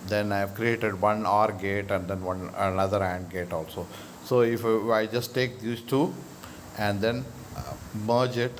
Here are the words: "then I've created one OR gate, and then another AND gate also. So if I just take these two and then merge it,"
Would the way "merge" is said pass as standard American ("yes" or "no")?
yes